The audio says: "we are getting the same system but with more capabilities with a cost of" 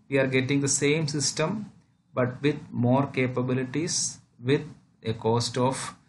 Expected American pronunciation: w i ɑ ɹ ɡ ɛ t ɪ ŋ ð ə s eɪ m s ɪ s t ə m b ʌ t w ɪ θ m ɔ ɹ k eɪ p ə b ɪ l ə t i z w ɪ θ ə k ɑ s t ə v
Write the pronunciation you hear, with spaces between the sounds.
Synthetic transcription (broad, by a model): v i ɑ ɹ ɡ ɛ t ɪ ŋ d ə s eɪ m s ɪ s t ə m b ʌ t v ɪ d m ɔ ɹ k eɪ p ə b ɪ l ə t i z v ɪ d ə k ɑ s t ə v